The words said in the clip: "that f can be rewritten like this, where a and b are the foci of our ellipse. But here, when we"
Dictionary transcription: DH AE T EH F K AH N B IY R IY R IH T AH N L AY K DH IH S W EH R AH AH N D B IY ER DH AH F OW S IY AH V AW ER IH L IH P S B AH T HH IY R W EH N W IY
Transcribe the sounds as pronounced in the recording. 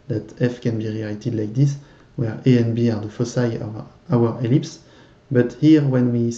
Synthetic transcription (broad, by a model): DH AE T EH F K AH N B IY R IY L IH T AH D L AY K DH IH S W EH R AH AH N B IY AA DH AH F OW S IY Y AW ER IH L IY P S B AH T HH IY R W EH N W IY